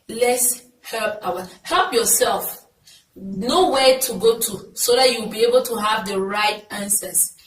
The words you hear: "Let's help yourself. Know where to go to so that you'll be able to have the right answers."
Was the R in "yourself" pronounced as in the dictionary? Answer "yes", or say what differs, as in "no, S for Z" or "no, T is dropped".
no, L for R